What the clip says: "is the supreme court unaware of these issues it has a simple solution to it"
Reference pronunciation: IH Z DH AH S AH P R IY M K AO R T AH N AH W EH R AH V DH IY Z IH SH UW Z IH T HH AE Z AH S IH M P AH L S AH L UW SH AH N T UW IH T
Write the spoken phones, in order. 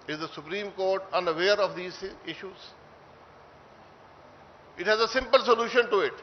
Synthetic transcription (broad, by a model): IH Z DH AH S AH P R IY M K AO R T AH N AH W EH R AH V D IY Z IH SH UW Z IH T HH AE Z AH S IH M P AH L S AH L UW SH AH N T UW IH T